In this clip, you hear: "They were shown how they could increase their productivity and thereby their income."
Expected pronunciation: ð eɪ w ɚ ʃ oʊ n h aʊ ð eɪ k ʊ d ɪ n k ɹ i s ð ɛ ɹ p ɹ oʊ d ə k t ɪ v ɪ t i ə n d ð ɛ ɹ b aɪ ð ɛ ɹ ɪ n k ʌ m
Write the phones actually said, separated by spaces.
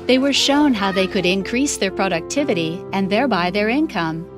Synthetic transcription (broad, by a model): ð eɪ w ɚ ʃ oʊ n h aʊ ð eɪ k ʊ d ɪ n k ɹ i s ð ɛ ɹ p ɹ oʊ d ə k t ɪ v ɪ t i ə n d ð ɛ ɹ b aɪ ð ɛ ɹ ɪ n k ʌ m